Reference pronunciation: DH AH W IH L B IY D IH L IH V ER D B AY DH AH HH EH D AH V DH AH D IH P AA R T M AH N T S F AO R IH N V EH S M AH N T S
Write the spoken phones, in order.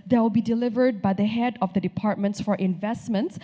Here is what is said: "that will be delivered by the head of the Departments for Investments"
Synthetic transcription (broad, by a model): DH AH W IH L B IY D IH L IH V ER D B AY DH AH HH EH D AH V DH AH D IH P AA R T M AH N T S F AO R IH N V EH S M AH N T S